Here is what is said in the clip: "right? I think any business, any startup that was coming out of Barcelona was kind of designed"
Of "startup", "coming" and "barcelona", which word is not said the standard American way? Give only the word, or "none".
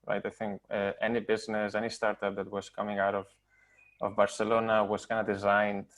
none